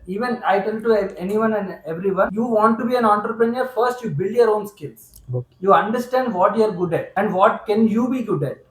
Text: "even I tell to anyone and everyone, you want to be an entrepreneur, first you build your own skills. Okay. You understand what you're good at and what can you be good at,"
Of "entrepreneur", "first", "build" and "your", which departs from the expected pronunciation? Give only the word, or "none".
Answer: none